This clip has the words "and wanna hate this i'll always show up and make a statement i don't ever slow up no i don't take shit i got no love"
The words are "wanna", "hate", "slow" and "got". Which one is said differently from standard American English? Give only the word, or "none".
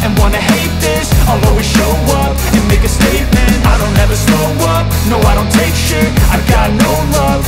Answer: slow